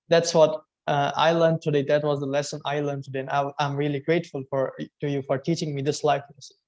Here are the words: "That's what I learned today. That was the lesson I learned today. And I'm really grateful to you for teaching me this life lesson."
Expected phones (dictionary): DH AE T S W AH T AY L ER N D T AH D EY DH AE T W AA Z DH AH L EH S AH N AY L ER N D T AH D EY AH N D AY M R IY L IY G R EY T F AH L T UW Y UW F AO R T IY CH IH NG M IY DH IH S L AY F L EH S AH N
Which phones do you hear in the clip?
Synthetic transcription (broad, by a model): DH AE T S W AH T AY L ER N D T AH D EY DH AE T W AA Z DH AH L EH S AH N AY L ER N T AH D EY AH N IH AY M R IY L IY G R EY T F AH L T UW Y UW F AO R T IY CH IH NG M IY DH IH S L AY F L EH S